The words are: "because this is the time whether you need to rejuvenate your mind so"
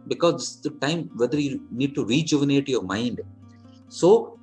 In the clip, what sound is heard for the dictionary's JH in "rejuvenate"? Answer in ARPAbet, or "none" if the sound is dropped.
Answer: JH